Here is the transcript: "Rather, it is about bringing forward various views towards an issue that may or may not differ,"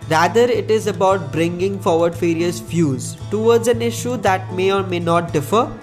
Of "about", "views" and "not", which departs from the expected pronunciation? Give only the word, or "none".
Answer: views